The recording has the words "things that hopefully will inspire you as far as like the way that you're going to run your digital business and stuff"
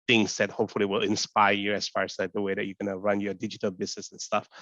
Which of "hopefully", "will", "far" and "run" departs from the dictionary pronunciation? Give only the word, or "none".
none